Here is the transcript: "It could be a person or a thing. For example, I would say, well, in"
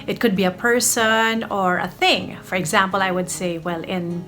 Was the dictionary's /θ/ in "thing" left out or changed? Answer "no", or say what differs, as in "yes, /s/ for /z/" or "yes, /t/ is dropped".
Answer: no